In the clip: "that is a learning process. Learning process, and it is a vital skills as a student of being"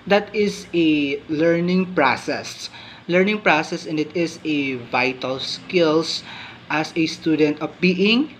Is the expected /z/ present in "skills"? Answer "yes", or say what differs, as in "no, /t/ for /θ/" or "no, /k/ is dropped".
no, /s/ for /z/